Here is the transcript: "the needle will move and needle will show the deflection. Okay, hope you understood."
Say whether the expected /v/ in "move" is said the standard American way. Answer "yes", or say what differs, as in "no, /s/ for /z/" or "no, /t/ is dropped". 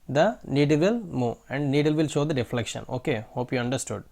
no, /v/ is dropped